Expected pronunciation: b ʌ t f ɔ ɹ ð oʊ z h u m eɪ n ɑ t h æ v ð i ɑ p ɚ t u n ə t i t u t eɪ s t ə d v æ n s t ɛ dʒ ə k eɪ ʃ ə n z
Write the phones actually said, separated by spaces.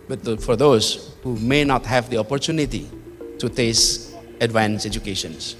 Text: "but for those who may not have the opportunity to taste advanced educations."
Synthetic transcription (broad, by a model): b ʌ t f ɔ ɹ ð oʊ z h u m eɪ n ɑ t h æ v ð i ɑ p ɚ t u n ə t i t u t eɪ s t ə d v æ n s ɛ dʒ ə k eɪ ʃ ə n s